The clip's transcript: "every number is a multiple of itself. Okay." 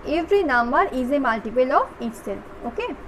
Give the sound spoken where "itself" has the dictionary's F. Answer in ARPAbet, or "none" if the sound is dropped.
none